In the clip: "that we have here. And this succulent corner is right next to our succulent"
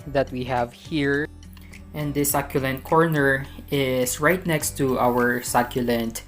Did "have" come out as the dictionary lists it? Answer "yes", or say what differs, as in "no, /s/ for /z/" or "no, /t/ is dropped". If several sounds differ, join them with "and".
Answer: yes